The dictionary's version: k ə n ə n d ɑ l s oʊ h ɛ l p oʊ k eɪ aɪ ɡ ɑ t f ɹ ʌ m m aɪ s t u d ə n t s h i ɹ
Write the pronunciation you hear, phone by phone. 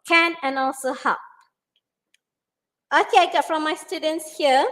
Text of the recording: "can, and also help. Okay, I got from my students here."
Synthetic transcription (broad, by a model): k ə n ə n ɑ l s oʊ h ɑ p oʊ k eɪ aɪ ɡ ɑ t f ɹ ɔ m m aɪ s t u d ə n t s h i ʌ